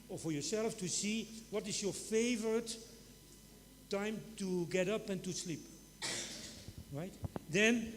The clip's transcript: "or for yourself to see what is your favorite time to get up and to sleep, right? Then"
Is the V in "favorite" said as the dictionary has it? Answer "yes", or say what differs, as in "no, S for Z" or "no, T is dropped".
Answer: yes